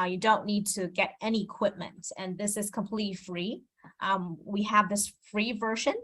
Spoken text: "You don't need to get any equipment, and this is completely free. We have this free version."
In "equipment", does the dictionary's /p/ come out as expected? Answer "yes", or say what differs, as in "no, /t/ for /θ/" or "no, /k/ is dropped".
yes